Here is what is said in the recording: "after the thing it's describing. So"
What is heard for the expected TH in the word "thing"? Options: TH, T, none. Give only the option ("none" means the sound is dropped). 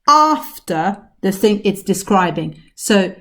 TH